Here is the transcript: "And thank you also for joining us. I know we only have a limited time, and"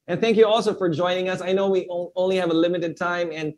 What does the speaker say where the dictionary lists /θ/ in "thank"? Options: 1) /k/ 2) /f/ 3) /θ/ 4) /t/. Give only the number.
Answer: 3